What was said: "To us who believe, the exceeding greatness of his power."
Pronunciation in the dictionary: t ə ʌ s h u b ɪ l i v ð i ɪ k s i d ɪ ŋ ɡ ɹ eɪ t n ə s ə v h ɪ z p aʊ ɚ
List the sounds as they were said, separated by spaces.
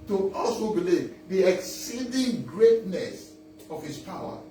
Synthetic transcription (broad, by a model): t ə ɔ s h u b ɪ l i v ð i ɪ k s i d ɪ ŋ ɡ ɹ eɪ t n ə s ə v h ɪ s p aʊ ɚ